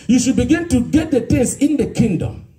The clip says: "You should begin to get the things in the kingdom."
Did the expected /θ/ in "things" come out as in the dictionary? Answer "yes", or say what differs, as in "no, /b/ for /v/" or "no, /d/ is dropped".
no, /t/ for /θ/